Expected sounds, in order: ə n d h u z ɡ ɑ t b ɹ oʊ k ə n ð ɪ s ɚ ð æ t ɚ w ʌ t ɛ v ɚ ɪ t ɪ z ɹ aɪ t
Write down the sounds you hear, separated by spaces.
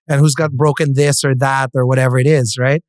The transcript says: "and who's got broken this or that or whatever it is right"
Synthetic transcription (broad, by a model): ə n h u z ɡ ɑ t b ɹ oʊ k ə n ð ɪ s ɚ ð æ t ɚ w ʌ t ɛ v ɚ ɪ t ɪ z ɹ aɪ t